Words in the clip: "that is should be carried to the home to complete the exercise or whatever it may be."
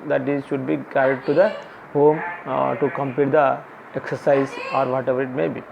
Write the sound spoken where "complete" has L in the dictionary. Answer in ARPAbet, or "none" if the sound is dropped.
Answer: none